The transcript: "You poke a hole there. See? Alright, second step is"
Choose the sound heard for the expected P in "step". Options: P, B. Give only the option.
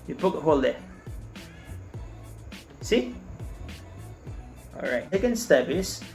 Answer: B